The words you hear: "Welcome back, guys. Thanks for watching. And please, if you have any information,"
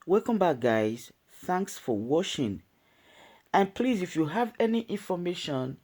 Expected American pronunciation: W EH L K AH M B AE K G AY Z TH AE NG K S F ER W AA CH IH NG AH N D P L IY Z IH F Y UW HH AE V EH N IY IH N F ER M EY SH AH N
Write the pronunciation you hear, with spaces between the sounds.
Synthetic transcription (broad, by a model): W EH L K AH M B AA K G AY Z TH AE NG K S F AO W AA SH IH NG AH N P L IY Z IH F Y UW HH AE V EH N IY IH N F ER M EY SH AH N